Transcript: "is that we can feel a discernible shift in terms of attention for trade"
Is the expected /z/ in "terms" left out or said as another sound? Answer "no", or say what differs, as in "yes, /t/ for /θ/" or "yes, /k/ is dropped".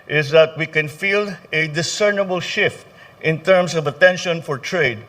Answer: yes, /s/ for /z/